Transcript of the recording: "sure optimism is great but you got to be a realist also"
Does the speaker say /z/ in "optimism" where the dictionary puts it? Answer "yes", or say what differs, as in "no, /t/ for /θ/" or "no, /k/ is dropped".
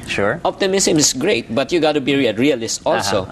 no, /s/ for /z/